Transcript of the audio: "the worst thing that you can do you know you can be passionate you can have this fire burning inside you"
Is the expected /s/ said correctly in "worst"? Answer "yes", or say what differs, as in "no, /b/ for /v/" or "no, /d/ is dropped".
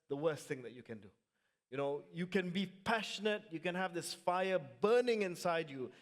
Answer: yes